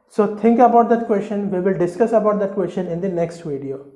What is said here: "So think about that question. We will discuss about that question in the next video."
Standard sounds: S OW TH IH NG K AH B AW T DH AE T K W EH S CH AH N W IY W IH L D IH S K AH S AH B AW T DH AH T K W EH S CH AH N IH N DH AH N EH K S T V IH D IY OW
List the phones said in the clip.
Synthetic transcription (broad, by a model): S OW T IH NG K AH B AW T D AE T K W EH S CH AH N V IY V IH L D IH S K AH S AH B AW T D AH T K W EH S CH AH N IH N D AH N EH K S T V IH D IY OW